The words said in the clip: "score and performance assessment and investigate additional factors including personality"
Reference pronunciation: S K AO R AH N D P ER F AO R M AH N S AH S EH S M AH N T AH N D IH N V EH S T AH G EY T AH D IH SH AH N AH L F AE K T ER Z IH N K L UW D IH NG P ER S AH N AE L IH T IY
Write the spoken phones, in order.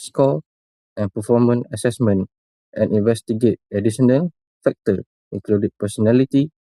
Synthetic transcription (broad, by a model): S K AO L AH N P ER F AO M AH N AH S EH S M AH N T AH N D IH N V EH S T AH G EY T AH D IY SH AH N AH L F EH K T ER IH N K L UW D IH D P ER S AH N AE L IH T IY